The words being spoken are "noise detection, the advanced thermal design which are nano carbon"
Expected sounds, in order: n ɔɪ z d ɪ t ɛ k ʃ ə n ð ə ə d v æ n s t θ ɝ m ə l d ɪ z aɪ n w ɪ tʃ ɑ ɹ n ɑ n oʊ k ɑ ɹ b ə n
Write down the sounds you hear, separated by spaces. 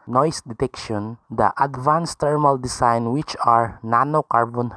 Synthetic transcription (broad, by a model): n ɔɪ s d ɪ t ɛ k ʃ ə n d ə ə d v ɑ n s t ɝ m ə l d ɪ s aɪ n w ɪ tʃ ɑ ɹ n ɑ n oʊ k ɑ ɹ b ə n